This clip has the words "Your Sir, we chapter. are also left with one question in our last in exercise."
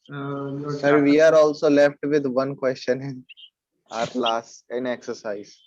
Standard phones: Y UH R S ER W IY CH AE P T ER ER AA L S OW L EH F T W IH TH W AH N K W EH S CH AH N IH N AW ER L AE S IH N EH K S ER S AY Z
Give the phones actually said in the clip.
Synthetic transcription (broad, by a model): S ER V IY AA T AA L S OW L EH F T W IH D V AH N K W EH S CH AH N IH N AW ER L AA S IH N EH K S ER S AY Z